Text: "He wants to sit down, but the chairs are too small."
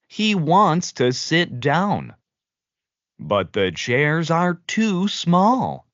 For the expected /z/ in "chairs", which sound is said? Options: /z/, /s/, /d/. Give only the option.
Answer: /z/